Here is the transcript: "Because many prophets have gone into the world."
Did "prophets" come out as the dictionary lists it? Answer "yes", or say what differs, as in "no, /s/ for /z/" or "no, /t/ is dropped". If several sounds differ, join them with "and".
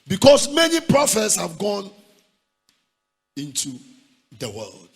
yes